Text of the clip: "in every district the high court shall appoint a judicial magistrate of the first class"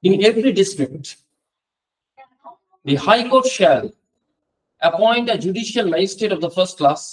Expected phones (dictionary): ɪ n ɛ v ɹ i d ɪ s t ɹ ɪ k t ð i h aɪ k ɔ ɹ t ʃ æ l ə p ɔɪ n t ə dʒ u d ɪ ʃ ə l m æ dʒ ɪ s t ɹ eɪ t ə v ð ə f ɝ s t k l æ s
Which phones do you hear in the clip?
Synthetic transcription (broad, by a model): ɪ n ɛ v ɹ i d ɪ s t ɹ ɪ k t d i h aɪ k ɔ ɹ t ʃ æ l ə p ɔɪ n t ə dʒ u d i ʃ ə l m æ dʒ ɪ s t eɪ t ə v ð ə f ɝ s t k l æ s